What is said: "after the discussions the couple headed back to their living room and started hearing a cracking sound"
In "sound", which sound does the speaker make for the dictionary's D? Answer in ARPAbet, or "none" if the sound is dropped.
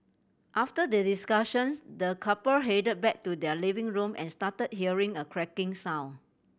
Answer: none